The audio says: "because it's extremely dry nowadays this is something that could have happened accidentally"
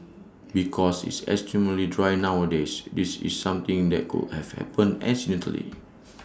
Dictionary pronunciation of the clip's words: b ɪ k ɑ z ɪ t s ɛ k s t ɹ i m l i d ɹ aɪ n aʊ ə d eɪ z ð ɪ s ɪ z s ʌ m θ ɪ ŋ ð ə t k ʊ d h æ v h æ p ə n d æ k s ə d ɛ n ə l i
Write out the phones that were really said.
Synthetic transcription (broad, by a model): b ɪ k ɑ s ɪ t s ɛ s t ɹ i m l i d ɹ aɪ n aʊ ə d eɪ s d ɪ s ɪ s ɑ m t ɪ ŋ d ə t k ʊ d h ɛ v h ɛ p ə n ɛ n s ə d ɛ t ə l i